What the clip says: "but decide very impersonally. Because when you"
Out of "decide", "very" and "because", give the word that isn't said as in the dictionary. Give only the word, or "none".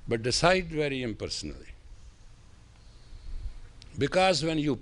none